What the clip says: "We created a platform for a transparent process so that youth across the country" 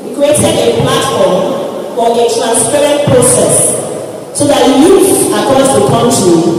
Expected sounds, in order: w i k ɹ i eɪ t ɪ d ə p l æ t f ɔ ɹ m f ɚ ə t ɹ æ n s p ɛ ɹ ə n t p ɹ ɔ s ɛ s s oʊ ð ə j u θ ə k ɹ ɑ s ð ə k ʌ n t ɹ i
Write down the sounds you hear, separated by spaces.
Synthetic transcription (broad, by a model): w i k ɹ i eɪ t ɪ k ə p l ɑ t f ɔ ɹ m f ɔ ə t ɹ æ n s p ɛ ɹ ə n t p ɹ ɔ s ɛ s s oʊ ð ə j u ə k ɑ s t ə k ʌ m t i